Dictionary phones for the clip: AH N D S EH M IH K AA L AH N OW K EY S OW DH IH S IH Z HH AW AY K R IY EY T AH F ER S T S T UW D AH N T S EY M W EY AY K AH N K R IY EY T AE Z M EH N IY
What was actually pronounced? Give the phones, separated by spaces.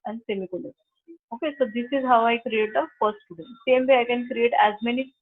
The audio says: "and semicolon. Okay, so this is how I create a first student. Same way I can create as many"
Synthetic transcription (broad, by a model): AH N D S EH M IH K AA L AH OW K EY S OW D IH S IH Z HH AW AY K R IY EY T AH F ER S T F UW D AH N S EY M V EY AY K AH N K R IY EY T AE Z M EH N IY